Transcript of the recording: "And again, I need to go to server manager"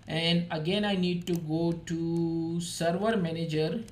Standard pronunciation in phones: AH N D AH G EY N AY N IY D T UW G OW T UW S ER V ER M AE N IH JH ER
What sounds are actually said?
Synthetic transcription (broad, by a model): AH N D AH G EY N AY N IY D T UW G OW T UW S ER V ER M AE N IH JH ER